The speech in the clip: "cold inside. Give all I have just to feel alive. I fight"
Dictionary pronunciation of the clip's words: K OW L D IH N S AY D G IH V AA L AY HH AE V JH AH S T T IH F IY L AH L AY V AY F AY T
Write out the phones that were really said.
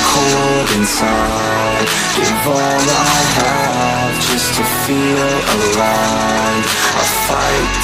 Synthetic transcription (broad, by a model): K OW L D IH N S AY D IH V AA N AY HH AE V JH AH S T T IH F IY L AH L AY AY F AY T